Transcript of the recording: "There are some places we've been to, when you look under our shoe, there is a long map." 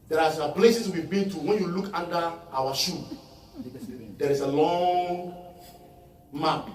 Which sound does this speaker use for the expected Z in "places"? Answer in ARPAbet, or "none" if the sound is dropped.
S